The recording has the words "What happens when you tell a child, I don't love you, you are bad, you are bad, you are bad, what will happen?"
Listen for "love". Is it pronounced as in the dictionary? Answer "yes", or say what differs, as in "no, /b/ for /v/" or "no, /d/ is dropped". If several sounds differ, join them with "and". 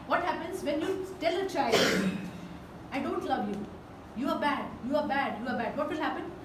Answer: yes